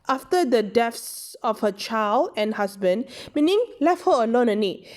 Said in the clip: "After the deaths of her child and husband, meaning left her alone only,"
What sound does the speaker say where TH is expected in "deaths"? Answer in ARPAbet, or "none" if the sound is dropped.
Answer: F